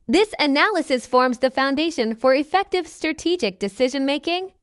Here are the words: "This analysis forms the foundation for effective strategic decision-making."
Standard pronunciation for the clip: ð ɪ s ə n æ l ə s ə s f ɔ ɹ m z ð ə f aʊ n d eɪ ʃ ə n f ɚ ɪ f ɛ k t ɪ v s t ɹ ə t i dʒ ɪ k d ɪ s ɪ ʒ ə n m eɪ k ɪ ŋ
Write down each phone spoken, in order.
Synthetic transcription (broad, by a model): ð ɪ s ə n æ l ə s ə s f ɔ ɹ m z ð ə f aʊ n d eɪ ʃ ə n f ɚ ɪ f ɛ k t ɪ v s t ɹ ə t i dʒ ɪ k d ɪ s ɪ ʒ ə n m eɪ k ɪ ŋ